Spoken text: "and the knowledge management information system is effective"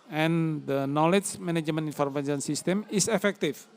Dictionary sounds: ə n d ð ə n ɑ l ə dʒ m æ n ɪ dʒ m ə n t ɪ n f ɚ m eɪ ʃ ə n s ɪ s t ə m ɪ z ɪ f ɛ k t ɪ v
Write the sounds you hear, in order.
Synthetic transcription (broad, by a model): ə n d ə n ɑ l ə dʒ m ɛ n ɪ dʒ m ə n i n f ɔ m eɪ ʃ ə n s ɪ s t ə m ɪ s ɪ f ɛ k t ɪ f